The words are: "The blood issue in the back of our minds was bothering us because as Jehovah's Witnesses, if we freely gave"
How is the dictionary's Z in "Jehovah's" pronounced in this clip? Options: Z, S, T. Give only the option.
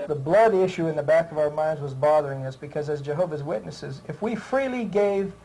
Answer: Z